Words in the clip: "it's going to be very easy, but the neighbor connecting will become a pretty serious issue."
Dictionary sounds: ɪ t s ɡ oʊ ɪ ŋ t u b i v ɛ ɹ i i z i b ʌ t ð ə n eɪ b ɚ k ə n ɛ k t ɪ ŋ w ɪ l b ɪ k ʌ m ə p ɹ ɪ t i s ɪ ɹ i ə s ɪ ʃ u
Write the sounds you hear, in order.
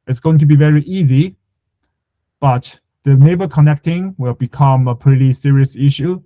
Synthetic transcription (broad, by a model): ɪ t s ɡ oʊ ɪ ŋ t u b i v ɛ ɹ i i z i b ʌ t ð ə n eɪ b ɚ k ə n ɛ k t ɪ ŋ w ɪ l b ɪ k ʌ m ə p ɹ ɪ t i s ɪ ɹ i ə s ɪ ʃ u